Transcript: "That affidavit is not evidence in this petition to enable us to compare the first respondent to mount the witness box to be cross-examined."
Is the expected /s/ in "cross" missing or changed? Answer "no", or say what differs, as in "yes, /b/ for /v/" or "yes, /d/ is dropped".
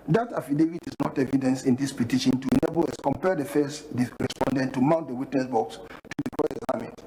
yes, /s/ is dropped